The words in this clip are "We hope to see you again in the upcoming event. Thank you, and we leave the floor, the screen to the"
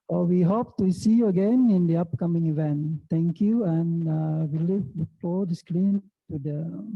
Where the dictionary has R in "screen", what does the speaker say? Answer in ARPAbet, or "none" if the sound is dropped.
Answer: L